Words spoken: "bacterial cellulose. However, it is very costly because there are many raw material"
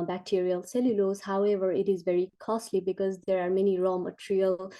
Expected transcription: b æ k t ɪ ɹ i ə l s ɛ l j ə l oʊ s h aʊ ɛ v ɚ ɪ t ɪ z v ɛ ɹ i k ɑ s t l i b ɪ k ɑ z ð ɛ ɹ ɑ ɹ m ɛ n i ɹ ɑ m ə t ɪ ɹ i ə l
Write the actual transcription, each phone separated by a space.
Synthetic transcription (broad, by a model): b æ k t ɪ ɹ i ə l s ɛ l j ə l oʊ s h aʊ ɛ v ɚ ɪ t ɪ z v ɛ ɹ i k ɑ s t l i b ɪ k ɑ z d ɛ ɹ ɑ ɹ m ɛ n i ɹ ɑ m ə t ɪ ɹ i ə l